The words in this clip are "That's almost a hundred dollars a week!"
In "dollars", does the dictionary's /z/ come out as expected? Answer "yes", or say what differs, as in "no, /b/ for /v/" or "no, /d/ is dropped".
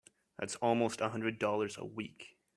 yes